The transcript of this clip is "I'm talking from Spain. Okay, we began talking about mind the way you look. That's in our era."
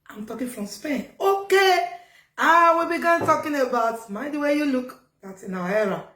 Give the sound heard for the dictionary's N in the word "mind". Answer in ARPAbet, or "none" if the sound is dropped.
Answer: none